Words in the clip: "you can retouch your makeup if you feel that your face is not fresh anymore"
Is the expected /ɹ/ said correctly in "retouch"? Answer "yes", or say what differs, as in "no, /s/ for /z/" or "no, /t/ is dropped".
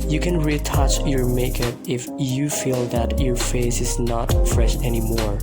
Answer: yes